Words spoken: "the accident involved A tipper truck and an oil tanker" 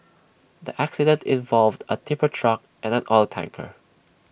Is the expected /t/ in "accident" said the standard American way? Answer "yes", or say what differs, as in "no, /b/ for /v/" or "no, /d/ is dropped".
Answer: yes